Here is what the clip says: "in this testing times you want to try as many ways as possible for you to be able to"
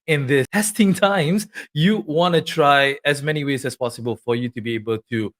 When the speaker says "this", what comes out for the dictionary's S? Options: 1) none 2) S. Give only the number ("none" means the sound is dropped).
1